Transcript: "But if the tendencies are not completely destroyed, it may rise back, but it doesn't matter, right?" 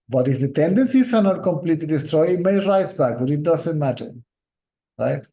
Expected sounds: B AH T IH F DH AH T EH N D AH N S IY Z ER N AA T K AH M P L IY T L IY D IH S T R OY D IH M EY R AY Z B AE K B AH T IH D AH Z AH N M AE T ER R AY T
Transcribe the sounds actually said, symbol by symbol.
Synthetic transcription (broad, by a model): B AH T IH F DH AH T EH N D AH N S IY S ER N AA T K AH M P L IY T L IY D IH S T R OY IH M EY R AY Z B AE K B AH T IH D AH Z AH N M AE T ER R AY T